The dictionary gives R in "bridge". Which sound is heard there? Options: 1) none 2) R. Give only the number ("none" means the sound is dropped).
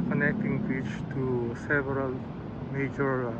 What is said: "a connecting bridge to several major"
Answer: 1